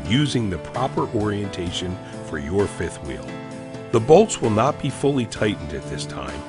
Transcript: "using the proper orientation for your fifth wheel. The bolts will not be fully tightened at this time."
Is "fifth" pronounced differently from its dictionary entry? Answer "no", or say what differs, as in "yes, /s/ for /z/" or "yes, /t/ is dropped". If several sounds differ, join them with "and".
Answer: no